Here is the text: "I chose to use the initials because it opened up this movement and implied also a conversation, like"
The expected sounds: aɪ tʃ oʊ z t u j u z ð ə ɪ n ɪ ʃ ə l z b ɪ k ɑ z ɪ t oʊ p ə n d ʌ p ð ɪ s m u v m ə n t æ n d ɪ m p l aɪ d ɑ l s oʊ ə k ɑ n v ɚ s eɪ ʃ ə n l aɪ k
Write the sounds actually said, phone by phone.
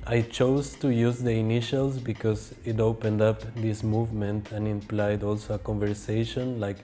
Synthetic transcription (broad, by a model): aɪ tʃ oʊ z t u j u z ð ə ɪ n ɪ ʃ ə l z b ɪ k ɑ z ɪ t oʊ p ə n d ʌ p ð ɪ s m u v m ə n t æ n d ɪ m p l aɪ d ɑ l s oʊ ə k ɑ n v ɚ s eɪ ʃ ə n l aɪ k